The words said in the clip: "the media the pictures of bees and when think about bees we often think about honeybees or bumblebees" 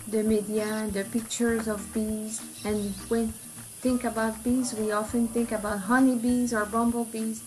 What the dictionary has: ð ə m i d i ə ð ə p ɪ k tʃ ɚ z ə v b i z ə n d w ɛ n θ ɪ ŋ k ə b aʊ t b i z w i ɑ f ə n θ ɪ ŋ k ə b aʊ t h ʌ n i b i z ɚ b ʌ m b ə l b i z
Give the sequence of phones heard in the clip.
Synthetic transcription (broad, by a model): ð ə m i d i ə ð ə p ɪ k tʃ ɚ z ə v b i z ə n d w ɛ n θ ɪ ŋ k ə b aʊ t b i z w i ɑ f ə n θ ɪ ŋ k ə b aʊ t h ʌ n i b i z ɚ b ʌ m b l b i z